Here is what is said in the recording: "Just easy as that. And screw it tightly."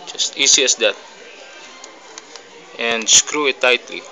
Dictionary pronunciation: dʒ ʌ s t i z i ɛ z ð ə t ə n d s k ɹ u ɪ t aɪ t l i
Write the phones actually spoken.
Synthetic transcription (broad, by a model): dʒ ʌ s t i s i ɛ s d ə t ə n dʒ s k ɹ u ɪ t aɪ t l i